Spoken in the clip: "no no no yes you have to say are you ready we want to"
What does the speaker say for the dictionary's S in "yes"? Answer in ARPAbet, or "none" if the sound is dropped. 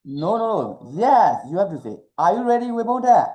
S